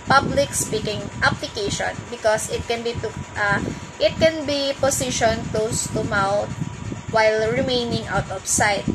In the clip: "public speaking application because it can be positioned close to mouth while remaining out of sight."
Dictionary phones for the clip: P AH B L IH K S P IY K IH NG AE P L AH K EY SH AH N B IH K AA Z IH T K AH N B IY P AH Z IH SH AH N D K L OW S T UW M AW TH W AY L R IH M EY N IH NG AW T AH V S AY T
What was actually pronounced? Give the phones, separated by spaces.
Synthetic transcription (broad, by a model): P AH B L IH K S P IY K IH NG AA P L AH K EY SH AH N B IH K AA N IH T K AH N B IY P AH S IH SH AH N K L OW S T UW M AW T W AY L R IH M EY N IH NG AW T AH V S AY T